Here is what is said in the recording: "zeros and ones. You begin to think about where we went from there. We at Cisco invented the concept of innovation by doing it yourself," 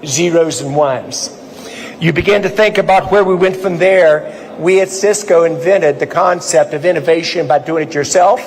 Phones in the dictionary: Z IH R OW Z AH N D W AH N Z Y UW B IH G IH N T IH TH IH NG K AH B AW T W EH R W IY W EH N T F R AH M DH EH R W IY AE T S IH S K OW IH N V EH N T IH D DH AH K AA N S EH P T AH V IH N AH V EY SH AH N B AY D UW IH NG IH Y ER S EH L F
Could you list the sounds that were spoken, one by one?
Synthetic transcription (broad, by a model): Z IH R OW Z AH N W AH N Z Y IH B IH G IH N T IH TH IH NG K AH B AW T W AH R W IY W EH N T F R AH M DH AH R W IY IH T S IH S K OW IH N V EH T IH D DH AH K AA N S EH P T AH V IH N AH V EY SH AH N B AY D UW IH NG IH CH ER S EH L F